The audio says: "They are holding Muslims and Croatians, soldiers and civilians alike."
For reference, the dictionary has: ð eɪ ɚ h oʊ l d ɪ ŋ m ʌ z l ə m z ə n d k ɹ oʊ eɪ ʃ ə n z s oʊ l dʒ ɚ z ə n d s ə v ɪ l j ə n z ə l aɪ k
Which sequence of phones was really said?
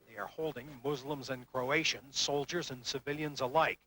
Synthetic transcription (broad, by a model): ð eɪ ɚ h oʊ l d ɪ ŋ m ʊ z l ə m z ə n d k ɹ oʊ eɪ ʃ ə n z s oʊ l dʒ ɚ z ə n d s ə v ɪ l j ə n z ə l aɪ k